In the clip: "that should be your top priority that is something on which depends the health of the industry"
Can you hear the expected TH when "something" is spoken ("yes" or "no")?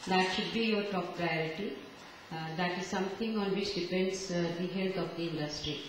no